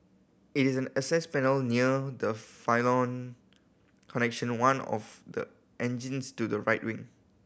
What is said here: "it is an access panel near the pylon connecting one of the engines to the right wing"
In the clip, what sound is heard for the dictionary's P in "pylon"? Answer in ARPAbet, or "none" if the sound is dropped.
F